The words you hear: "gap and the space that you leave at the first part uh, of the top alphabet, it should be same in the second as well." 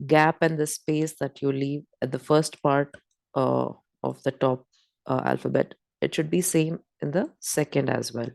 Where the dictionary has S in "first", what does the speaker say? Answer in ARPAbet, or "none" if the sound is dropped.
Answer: S